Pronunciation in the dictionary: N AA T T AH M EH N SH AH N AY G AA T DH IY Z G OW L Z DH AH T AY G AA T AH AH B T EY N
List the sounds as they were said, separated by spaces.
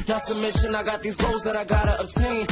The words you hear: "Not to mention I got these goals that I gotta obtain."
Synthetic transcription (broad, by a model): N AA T S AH M EH N SH AH N AY G AA T DH IY Z G OW L Z DH AH T AY G AA T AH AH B T EY N